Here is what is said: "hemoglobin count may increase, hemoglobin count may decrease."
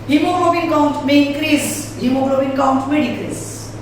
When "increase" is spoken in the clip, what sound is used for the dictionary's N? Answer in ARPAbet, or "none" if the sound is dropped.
none